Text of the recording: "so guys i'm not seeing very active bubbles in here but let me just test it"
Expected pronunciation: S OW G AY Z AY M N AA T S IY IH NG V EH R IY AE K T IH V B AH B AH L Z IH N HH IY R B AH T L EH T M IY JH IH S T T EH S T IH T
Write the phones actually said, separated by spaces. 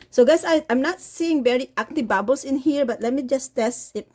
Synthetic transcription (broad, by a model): S OW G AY AY M N AA T S IY IH NG V EH R IY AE K T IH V B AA B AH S IH N HH IY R B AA T L EH T M IY JH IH S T T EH S IH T